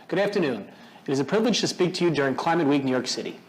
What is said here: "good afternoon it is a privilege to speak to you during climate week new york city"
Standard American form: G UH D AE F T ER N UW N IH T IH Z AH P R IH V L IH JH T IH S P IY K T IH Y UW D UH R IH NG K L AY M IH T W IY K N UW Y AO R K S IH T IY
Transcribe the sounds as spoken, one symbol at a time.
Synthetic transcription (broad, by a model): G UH D AE F T ER N UW N IH T IH Z AH P R IH V L IH JH T IH S P IY K T IH Y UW D UH R IH NG K L AY M IH T W IY K N UW Y AO R K S IH T IY